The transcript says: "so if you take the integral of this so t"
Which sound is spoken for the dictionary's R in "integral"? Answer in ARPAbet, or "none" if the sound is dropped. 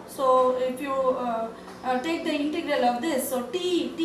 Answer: R